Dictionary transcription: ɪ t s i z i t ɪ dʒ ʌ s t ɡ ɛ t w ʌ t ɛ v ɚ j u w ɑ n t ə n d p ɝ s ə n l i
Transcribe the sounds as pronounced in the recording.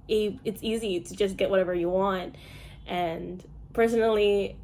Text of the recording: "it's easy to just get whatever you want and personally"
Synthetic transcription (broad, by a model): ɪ t s i z i t ɪ dʒ ʌ s ɡ ɛ t w ʌ t ɛ v ɚ j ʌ w ɑ n t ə n p ɝ s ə n l i